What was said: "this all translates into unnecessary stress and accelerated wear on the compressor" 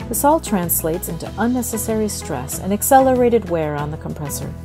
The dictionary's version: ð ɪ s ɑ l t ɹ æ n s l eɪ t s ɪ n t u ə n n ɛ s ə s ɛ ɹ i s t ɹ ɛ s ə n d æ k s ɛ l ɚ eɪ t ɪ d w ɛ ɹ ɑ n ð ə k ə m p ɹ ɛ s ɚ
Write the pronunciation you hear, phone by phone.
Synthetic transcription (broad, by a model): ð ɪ s ɑ l t ɹ æ n s l eɪ t s ɪ n t u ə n n ɛ s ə s ɛ ɹ i s t ɹ ɛ s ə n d æ k s ɛ l ɚ eɪ t ɪ d w ɛ ɹ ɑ n ð ə k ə m p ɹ ɛ s ɚ